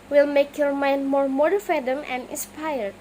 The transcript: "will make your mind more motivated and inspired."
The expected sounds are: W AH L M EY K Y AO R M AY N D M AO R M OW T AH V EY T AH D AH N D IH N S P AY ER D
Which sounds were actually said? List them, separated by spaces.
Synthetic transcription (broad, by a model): W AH L M EY K Y AO R M AY N D M AO R M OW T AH F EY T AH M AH N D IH N S P AY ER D